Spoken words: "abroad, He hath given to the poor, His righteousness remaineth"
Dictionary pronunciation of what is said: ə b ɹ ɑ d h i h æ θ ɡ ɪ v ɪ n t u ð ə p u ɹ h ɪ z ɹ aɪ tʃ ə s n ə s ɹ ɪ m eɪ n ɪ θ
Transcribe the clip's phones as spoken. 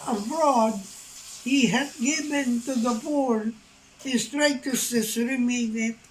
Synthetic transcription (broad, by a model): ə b ɹ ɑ d h i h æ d ɡ ɪ v ɪ n t u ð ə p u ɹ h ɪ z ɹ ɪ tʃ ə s ə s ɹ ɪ m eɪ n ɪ